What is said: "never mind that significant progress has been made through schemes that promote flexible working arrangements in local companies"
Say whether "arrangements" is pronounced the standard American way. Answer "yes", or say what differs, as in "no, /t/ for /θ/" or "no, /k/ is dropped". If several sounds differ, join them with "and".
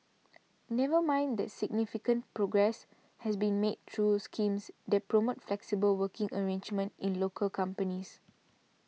no, /s/ is dropped